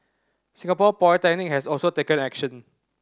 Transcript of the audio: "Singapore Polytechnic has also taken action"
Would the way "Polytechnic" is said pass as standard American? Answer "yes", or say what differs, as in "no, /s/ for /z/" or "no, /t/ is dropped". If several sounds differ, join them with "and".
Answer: no, /l/ is dropped